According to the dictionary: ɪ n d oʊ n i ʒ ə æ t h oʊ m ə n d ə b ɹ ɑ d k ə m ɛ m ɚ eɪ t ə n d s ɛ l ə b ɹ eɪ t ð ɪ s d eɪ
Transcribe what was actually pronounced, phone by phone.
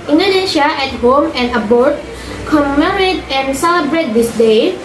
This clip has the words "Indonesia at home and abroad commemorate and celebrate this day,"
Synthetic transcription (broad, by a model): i n d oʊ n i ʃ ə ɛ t h oʊ m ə n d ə b ɑ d k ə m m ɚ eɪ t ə n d s ɛ l ə b ɹ eɪ t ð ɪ s d eɪ